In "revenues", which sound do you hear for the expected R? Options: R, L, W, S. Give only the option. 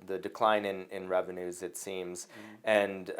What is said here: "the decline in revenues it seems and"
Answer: R